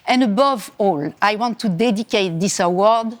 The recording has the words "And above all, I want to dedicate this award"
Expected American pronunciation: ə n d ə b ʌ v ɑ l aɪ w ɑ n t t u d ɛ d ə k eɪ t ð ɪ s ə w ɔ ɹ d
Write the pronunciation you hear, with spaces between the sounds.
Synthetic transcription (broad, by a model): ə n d ə b ʌ v ɑ l aɪ w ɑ n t t u d ɛ d ə k eɪ t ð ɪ s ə w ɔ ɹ d